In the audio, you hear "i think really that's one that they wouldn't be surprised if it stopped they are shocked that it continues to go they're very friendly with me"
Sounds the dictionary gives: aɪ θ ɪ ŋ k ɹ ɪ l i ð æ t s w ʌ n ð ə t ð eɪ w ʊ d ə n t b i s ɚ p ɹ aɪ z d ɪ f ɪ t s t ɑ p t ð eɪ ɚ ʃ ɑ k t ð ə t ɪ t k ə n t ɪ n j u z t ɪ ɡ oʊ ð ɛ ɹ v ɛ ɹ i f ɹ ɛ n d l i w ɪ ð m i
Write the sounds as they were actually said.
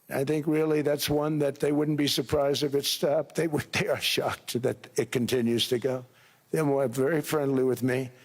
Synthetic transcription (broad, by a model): aɪ θ ɪ ŋ k ɹ ɪ l i ð æ t s w ʌ n ð ə t ð eɪ w ʊ d n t b i s ɚ p ɹ aɪ z d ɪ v ɪ t s t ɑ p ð ð eɪ ɚ ʃ ɑ k t ð ə t ɪ t k ə n t ɪ n j u z t ɪ ɡ oʊ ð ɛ w v ɛ ɹ i f ɹ ɛ n d l i w ɪ ð m i